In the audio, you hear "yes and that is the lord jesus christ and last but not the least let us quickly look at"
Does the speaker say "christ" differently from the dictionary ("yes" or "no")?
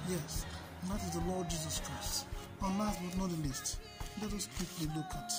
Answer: no